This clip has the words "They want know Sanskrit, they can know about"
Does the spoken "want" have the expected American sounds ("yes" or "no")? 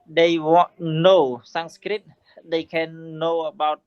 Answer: no